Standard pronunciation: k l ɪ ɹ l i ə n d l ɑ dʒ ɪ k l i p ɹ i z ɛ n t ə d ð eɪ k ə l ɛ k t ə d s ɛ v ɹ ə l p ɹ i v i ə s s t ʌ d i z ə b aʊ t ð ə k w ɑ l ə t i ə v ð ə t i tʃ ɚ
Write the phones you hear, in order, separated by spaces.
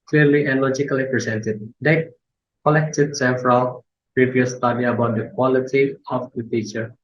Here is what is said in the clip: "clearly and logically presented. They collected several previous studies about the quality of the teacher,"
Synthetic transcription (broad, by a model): k l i ɹ l i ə n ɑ l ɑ dʒ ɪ k l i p ɹ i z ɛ n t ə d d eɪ k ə l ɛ k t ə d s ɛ f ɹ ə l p ɹ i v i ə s s t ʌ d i ə b aʊ t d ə k w ɑ l ə t i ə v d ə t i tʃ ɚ